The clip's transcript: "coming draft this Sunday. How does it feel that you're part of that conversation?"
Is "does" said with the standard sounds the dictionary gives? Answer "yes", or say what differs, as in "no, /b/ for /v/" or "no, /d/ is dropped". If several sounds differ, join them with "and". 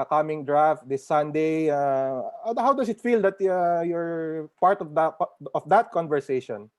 no, /s/ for /z/